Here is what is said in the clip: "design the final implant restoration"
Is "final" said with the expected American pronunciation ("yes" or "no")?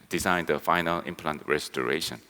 yes